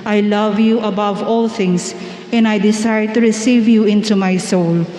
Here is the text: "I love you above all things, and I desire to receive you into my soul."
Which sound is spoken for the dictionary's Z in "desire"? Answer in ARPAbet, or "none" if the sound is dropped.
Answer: S